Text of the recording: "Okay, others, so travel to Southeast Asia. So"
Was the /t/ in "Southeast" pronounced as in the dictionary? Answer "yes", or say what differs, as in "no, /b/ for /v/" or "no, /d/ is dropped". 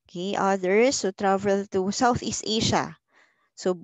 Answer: yes